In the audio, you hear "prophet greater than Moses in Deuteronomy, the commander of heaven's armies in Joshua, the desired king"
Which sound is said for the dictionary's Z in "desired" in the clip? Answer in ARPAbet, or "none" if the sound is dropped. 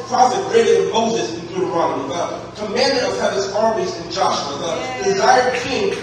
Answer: Z